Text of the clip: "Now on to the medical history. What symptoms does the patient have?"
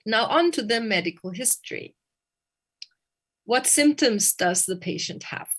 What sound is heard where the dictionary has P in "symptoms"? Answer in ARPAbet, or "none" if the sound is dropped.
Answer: P